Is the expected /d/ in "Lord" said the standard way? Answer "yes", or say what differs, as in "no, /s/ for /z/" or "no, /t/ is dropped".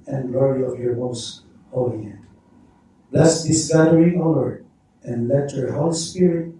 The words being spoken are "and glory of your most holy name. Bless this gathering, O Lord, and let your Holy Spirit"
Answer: no, /d/ is dropped